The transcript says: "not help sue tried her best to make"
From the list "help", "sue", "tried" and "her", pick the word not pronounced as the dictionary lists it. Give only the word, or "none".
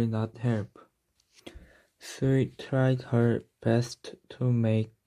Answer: sue